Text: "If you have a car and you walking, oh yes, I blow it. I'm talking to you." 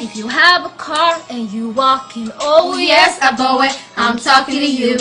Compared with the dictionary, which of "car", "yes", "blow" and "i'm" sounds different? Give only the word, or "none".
blow